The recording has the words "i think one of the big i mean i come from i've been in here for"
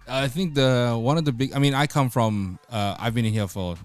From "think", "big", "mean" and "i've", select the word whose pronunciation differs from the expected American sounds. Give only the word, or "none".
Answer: none